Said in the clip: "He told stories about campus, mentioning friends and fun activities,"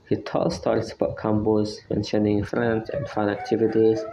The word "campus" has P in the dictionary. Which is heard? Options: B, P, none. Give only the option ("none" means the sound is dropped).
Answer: B